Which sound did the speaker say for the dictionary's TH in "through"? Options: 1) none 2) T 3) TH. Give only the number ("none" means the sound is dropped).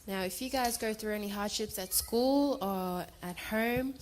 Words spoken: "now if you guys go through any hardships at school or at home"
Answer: 3